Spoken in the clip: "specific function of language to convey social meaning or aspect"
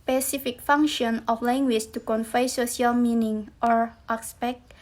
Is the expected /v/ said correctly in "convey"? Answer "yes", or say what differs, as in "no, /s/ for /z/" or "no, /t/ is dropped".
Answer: no, /f/ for /v/